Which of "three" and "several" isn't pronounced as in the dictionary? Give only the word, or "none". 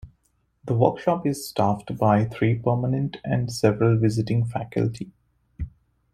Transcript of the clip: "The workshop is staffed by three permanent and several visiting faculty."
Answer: three